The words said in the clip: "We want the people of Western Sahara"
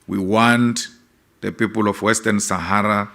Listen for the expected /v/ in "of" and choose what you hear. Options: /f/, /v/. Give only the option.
/f/